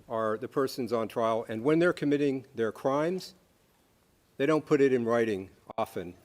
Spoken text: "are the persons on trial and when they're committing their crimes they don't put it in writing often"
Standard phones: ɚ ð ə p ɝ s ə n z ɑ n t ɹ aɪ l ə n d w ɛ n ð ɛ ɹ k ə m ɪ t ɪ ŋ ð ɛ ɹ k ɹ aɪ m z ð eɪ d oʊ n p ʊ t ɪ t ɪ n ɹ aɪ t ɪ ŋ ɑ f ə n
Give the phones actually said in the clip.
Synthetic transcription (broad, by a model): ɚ ð ə p ɝ s ə n z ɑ n t ɹ aɪ l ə n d w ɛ n ð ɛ ɹ k ə m ɪ t ɪ ŋ ð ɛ ɹ k ɹ aɪ m z ð eɪ d oʊ n p ʊ t ɪ t ɪ n ɹ aɪ t ɪ ŋ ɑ f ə n